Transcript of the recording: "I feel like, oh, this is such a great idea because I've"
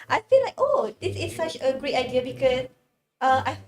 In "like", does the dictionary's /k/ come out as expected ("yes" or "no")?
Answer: yes